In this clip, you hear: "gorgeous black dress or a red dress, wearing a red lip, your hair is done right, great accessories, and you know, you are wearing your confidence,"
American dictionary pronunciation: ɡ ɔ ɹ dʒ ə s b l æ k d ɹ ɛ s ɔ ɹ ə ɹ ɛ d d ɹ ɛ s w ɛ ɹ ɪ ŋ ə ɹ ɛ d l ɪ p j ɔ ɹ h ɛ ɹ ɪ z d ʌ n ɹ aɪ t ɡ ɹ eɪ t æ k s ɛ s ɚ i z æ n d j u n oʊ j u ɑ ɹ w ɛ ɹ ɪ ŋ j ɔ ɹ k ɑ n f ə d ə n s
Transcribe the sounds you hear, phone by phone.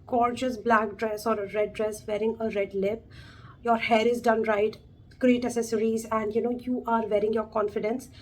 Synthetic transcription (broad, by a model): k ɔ ɹ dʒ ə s b l æ k d ɹ ɛ s ɔ ɹ ə ɹ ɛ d d ɹ ɛ s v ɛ ɹ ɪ ŋ ə ɹ ɛ d l ɪ p j ɔ ɹ h ɛ ɹ ɪ z d ʌ n ɹ aɪ t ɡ ɹ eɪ t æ s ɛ s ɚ i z æ n d j u n oʊ j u ɑ ɹ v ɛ ɹ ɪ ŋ j ɔ ɹ k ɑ n f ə d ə n s